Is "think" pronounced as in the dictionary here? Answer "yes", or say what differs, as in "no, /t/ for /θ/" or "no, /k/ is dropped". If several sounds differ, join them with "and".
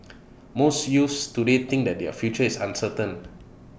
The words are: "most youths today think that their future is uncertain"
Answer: no, /t/ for /θ/